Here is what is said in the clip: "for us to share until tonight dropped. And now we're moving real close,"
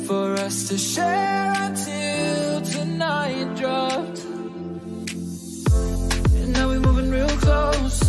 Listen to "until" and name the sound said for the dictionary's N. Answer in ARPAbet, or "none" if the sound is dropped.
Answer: none